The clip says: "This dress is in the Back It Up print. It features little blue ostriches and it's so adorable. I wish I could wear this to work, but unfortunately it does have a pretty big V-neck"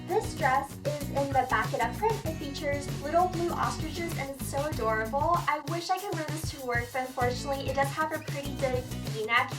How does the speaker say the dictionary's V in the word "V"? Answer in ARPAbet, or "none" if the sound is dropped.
P